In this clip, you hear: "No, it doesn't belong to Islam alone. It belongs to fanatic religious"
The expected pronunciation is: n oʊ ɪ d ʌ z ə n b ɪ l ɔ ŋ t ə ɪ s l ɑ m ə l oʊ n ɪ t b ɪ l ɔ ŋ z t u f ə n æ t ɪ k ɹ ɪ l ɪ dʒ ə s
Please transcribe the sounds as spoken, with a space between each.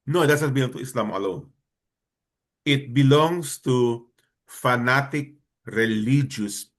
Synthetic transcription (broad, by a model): n oʊ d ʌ s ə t b ɪ l ɔ ŋ t ə ɪ s l ɑ m ə l oʊ n ɪ t b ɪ l ɔ ŋ s t u f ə n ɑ t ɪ k ɹ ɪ l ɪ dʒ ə s